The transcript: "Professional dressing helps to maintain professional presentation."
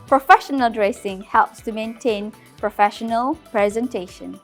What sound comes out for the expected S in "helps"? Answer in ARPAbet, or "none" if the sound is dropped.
S